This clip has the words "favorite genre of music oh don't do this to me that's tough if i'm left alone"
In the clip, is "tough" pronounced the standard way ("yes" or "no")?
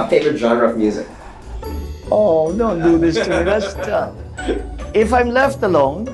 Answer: no